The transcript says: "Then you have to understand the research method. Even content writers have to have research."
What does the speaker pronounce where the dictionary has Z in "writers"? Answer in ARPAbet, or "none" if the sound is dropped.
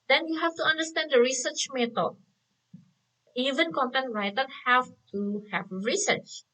none